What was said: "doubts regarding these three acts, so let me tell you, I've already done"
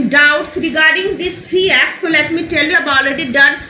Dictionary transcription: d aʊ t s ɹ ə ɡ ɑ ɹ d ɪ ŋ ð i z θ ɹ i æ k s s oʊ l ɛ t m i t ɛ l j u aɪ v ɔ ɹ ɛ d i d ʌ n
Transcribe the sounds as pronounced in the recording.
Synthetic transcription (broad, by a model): d aʊ t s ɹ ə ɡ ɑ ɹ d ɪ ŋ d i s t ɹ i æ k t s oʊ l ɛ t m i t ɛ l j u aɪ b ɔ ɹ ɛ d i d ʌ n